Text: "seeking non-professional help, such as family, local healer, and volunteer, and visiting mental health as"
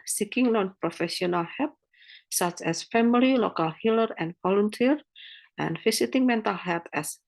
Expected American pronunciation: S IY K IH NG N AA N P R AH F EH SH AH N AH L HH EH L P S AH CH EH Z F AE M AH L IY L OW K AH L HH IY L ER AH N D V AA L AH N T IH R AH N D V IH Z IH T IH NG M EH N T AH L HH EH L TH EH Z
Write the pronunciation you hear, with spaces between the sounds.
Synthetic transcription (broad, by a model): S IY K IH NG N AA N P R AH F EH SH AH N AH L HH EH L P S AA CH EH S F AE M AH L IY L OW K AH L HH IY L ER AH N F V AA L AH N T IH R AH N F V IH S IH T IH NG M EH N T AH L HH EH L T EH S